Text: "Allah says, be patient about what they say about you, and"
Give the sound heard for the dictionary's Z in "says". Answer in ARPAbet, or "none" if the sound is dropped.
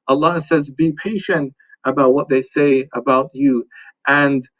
Z